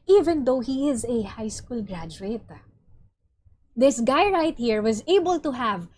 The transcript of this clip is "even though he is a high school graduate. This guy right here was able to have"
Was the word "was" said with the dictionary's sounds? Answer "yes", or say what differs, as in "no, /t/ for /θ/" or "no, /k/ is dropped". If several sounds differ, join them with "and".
yes